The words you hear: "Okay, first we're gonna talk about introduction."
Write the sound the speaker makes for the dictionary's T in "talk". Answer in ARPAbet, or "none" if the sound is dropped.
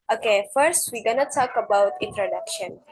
S